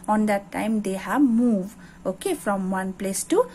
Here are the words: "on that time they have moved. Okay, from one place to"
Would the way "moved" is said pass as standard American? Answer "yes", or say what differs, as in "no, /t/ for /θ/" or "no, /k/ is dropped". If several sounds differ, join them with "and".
no, /d/ is dropped